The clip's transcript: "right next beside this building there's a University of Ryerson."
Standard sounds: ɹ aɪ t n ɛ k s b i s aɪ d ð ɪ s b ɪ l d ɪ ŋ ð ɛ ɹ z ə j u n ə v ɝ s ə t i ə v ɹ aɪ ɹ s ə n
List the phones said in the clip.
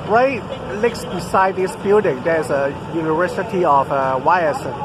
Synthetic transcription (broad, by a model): ɹ aɪ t l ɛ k s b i s aɪ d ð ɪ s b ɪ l d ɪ ŋ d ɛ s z ə j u n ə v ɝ s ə t i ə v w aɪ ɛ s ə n